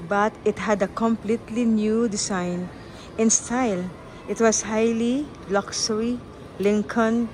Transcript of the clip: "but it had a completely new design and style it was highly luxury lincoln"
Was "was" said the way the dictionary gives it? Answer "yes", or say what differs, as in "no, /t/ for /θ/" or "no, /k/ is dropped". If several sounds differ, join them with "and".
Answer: no, /s/ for /z/